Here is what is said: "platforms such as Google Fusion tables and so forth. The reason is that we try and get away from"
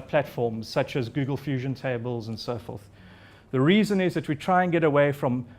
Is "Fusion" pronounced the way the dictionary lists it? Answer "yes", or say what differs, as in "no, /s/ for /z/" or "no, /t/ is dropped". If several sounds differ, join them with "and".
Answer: yes